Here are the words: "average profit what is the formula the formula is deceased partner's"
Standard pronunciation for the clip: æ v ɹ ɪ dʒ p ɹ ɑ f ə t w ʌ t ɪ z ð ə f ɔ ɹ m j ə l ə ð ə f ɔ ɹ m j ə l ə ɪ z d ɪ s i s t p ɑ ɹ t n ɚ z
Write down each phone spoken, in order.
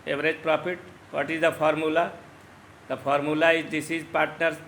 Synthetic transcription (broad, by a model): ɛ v ɹ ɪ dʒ p ɹ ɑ p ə t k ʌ t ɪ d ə p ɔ ɹ m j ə l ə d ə p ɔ ɹ m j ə l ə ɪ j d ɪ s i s p ɑ ɹ t n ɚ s